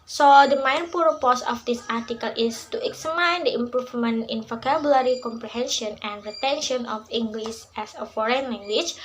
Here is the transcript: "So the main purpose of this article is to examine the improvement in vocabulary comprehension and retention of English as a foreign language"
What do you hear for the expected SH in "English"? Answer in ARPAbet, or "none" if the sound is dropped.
S